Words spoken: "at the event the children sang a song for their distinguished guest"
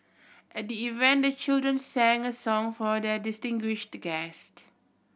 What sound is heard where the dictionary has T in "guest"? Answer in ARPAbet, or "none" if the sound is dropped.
T